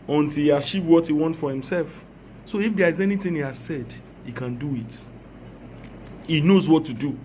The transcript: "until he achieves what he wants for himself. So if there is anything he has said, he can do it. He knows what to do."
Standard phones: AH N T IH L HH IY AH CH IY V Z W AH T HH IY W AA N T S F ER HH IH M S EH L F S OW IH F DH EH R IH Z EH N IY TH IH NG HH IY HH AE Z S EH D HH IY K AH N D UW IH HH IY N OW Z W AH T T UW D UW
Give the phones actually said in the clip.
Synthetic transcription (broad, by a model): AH N T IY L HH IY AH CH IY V W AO T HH IY W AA N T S F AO HH IH M S EH L F S OW IH F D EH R IH Z EH N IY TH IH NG HH IY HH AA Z S EH D HH IY K AH N D UW IH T IY N OW Z W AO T T UW D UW